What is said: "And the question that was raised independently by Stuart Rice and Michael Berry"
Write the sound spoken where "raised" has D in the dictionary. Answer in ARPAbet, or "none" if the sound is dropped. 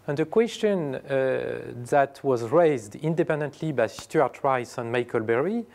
D